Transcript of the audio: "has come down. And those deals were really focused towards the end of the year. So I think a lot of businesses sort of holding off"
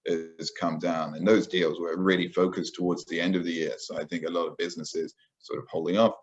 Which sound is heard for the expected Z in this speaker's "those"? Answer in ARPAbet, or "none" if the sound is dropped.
Z